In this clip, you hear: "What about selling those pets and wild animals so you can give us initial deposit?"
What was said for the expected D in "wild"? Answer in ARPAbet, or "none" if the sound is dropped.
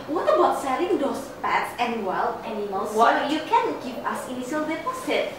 none